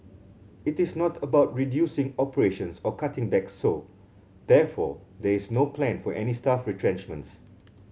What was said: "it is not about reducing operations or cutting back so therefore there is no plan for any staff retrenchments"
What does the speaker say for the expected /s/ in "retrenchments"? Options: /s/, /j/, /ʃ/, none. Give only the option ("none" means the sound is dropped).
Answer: /s/